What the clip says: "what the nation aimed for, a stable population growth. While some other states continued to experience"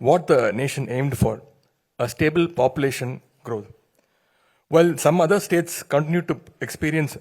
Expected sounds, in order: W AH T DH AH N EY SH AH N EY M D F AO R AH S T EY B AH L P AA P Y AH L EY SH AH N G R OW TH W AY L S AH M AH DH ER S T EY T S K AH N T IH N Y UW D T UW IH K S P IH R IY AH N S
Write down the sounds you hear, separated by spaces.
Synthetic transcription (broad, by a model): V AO T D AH N EY SH AH N EY M D F AO R AH S T EY B AH L P AA P Y AH L EY SH AH N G R OW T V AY L S AH M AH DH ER S T EY T S K AH N T IH N Y UW D T UW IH K S P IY R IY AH N S